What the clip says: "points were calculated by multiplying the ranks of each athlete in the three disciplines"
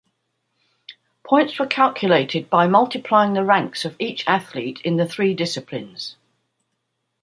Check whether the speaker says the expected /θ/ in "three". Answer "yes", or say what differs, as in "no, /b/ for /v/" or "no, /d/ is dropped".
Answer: yes